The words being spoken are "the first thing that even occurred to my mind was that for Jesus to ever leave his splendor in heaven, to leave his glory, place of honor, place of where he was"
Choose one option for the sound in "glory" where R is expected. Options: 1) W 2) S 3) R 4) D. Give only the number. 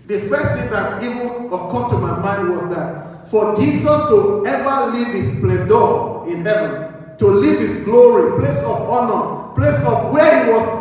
3